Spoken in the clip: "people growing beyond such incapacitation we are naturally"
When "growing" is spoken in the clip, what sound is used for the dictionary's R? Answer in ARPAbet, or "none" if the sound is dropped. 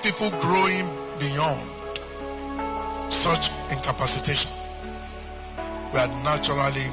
R